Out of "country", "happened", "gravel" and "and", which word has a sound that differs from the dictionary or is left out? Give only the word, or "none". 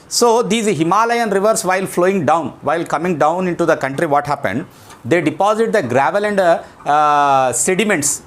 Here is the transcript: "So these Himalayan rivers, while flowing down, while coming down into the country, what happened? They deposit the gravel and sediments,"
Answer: none